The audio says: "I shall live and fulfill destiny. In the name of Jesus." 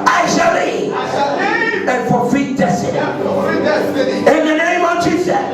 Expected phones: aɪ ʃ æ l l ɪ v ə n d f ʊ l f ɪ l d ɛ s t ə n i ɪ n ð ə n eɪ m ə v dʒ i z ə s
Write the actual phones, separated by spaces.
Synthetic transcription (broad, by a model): aɪ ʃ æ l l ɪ ə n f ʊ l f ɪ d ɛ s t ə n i ɪ n ð ə n eɪ m ə v dʒ i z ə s